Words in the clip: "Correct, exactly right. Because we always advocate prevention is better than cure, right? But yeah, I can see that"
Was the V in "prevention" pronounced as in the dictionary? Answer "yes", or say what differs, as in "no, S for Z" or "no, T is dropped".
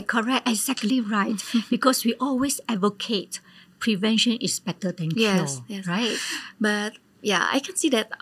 yes